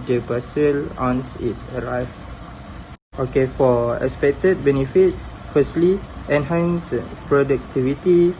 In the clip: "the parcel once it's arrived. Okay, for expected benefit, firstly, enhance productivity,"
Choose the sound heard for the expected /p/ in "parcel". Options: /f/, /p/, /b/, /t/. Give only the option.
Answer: /b/